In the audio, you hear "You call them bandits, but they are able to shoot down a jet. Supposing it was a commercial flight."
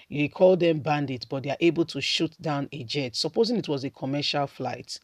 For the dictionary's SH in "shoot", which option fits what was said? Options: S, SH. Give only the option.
SH